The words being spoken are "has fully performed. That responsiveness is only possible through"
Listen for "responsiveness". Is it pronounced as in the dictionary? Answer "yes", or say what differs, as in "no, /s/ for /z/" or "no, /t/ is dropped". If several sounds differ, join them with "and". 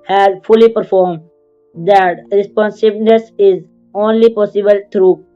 no, /b/ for /v/